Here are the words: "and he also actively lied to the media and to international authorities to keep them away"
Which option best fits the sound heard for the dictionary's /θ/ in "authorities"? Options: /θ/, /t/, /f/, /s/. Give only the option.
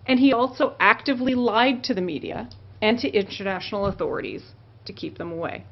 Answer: /θ/